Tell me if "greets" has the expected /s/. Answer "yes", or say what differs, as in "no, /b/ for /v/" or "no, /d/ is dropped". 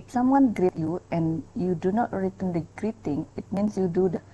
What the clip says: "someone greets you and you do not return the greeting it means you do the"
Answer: no, /s/ is dropped